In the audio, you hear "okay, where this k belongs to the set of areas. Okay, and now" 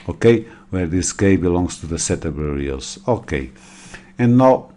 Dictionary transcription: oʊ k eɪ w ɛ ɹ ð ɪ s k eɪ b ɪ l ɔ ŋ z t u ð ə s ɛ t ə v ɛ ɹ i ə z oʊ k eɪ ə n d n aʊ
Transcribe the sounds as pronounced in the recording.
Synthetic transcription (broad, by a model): oʊ k eɪ w ɛ ɹ ð ɪ s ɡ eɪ b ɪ l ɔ ŋ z t u ð ə s ɛ t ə b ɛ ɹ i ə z oʊ k eɪ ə n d n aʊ